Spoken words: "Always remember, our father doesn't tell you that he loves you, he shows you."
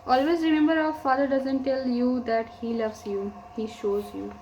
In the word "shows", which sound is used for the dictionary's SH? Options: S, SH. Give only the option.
SH